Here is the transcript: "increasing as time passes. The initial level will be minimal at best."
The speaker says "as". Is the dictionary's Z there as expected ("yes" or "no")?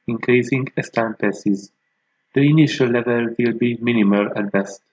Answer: no